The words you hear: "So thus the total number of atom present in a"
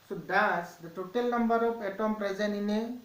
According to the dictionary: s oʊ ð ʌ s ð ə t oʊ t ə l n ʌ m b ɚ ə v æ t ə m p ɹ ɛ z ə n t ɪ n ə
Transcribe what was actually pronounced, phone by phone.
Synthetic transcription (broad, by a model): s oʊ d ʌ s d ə t oʊ t ə l n ʌ m b ɚ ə p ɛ t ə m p ɹ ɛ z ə n ɪ n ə